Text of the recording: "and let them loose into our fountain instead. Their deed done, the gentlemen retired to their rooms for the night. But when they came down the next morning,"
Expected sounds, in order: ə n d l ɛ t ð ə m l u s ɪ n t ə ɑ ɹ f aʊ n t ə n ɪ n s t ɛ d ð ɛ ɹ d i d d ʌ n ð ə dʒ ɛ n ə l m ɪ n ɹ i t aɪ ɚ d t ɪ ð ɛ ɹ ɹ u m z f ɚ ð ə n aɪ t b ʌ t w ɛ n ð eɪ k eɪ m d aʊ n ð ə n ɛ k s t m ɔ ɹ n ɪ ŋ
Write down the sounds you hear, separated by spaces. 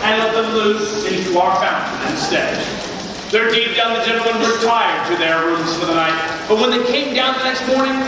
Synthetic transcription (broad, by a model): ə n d l ɛ t ð ə m l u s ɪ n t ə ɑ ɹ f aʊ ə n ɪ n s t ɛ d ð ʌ ɹ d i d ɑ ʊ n ð ə dʒ ɛ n l m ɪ n w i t aɪ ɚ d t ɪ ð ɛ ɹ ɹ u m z f ɚ ð ə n aɪ t b ʌ t w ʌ n ð eɪ k eɪ m d aʊ n ð ə n ɛ k s t m ɔ ɹ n ɪ ŋ